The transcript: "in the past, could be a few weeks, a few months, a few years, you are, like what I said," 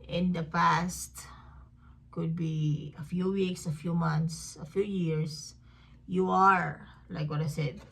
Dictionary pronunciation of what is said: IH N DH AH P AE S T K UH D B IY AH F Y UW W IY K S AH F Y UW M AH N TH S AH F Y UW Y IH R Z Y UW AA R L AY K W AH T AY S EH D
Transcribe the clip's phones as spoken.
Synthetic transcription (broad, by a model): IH N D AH P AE S T K UH D B IY AH F Y UW W IY K S AH F Y UW M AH N T S AH F Y UW Y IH R S Y UW AA R L AY K W AH T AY S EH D